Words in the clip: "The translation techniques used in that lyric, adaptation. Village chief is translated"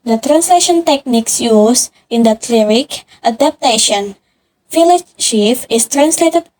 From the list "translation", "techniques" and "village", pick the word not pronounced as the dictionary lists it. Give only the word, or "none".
village